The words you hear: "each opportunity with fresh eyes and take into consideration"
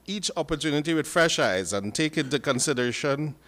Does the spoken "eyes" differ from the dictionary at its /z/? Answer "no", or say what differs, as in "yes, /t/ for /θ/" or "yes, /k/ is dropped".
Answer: no